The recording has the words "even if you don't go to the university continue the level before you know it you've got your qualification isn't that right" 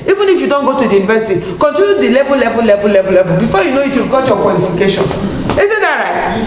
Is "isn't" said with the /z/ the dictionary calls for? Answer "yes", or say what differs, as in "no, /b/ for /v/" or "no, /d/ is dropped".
no, /s/ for /z/